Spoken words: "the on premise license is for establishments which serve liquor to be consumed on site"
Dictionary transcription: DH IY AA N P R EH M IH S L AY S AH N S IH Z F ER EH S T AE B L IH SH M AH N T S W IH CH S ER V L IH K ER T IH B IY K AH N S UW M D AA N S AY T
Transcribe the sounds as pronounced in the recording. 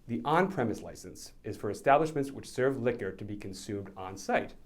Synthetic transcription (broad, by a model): DH IY AA N P R EH M IH S L AY S AH N S IH Z F ER EH S T AE B L IH SH M AH N T S W IH CH S ER V L IH K ER T IH B IY K AH N S UW M D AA N S AY T